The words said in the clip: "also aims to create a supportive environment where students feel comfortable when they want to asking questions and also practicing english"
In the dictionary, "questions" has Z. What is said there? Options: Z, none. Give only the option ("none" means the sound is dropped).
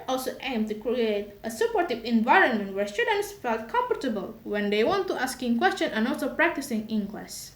none